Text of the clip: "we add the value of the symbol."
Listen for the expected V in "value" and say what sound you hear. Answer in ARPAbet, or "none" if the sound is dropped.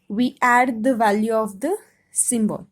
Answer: V